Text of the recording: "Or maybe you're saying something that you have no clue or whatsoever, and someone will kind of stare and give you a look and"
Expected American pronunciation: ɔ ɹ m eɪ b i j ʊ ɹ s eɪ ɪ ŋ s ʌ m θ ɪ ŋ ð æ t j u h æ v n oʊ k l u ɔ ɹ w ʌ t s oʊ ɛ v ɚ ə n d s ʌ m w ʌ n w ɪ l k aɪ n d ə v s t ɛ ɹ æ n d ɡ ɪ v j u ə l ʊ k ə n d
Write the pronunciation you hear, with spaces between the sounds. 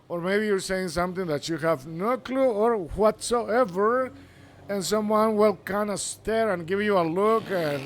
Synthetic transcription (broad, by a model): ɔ ɹ m eɪ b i j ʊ ɹ s eɪ ɪ ŋ s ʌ m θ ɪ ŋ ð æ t j u h æ v n oʊ k l u ɔ ɹ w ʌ t s oʊ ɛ v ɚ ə n s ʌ m w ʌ n w ɪ l k aɪ n d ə s t ɛ ɹ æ n ɡ ɪ v j u ə l ʊ k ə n